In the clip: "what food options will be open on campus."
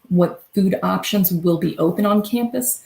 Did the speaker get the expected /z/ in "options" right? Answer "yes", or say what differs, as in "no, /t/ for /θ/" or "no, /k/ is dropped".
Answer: yes